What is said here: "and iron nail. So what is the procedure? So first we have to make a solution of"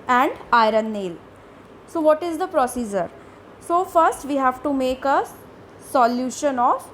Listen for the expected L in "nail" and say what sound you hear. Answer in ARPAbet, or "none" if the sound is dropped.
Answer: L